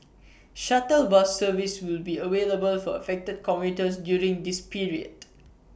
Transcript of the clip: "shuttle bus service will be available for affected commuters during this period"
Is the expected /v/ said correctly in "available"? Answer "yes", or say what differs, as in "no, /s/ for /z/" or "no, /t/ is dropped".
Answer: no, /w/ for /v/